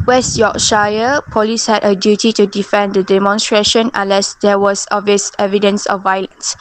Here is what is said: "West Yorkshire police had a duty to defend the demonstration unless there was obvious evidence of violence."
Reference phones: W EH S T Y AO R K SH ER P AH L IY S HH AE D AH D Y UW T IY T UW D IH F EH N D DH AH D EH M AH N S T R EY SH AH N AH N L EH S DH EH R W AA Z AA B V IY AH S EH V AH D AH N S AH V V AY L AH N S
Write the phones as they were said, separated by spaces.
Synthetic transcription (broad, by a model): W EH S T Y AO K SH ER P AH L IY S HH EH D AH D Y UW T IY T UW D IH F EH N D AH D EH M AH N S T R EY SH AH N AH N L EH S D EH W AA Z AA V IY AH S EH V AH D AH N S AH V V AY L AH N S